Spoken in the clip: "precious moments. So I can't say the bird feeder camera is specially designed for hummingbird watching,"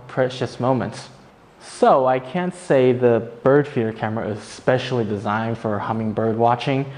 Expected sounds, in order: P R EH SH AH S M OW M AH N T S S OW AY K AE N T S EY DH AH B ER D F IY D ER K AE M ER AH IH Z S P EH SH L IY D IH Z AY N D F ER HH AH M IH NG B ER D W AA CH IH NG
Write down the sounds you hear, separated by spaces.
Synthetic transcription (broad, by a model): P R EH SH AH S M OW M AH N T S S OW AY K AE N T S EY DH AH B ER D F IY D K AE M ER AH IH Z S P EH SH L IY D IH Z AY N D F ER HH AH M IH NG B ER D W AA CH IH NG